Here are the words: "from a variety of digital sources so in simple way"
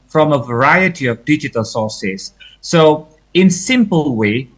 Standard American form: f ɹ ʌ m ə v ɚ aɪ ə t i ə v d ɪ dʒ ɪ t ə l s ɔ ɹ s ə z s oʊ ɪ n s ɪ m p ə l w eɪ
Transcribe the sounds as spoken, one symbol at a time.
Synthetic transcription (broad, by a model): f ɹ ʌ m ə v ɚ aɪ ə t i ə v d ɪ dʒ ɪ t ə l s ɔ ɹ s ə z s oʊ ɪ n s ɪ m p ə l w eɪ